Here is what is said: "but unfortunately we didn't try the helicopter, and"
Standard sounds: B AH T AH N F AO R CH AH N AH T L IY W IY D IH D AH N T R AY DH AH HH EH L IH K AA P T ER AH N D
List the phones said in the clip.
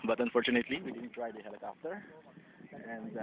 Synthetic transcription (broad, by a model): B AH T AH N F AO R CH AH N AH T L IY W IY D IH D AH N T R AY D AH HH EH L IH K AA F T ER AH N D